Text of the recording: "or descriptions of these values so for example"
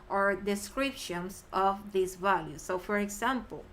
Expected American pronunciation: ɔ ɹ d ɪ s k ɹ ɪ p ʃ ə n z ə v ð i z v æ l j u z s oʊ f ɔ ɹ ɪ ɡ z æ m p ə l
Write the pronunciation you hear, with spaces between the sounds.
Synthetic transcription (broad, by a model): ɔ ɹ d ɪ s k ɹ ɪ p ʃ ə n s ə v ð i s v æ l j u s oʊ f ɔ ɹ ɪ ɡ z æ m p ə l